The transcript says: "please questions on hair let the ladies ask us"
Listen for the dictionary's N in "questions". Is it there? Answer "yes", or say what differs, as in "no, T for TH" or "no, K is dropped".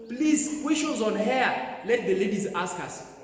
no, N is dropped